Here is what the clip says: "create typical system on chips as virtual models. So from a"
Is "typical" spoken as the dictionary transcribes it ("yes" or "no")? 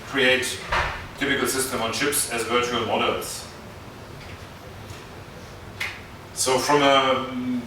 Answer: no